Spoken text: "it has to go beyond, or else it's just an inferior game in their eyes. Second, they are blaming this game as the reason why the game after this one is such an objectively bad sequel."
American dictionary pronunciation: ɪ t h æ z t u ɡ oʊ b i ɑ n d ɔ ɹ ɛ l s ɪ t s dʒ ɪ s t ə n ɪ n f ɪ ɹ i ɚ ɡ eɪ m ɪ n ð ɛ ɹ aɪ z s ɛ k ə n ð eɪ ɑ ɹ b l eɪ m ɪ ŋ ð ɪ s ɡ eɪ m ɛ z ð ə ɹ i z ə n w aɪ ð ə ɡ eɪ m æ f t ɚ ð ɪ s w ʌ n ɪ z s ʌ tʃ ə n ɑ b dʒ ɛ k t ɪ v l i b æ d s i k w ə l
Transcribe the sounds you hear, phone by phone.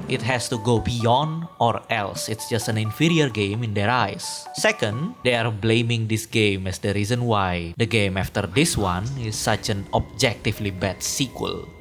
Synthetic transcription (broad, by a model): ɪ t h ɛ s t u ɡ oʊ b i ɑ n d ɔ ɹ ɛ l s ɪ t s dʒ ɪ s t ə n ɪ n f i ɹ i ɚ ɡ eɪ m ɪ n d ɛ ɹ aɪ s ɛ k ə n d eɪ ɑ ɹ b l eɪ m ɪ ŋ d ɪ s ɡ eɪ m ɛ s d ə ɹ i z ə n w aɪ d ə ɡ eɪ m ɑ f t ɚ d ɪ s w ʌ n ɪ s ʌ tʃ ə n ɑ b dʒ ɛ k t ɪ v l i b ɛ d s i k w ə l